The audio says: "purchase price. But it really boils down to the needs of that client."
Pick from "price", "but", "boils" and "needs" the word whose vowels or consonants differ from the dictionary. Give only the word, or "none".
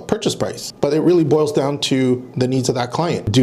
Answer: none